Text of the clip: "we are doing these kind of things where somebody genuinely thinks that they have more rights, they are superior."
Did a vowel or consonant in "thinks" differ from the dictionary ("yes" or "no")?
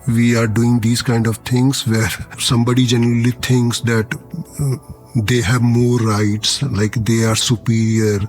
yes